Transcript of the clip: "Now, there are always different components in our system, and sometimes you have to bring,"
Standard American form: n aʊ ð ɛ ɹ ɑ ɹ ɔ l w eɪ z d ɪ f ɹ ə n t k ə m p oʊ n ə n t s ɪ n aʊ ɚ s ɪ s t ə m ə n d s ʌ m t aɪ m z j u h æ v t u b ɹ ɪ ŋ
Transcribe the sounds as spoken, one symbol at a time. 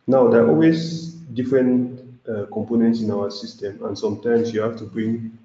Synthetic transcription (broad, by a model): n aʊ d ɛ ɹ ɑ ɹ ɔ l w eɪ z d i f ɹ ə n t k ə m p oʊ n ə n t s ɪ n aʊ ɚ s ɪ s t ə m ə n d s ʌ m t aɪ m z j u h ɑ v t u b ɹ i ŋ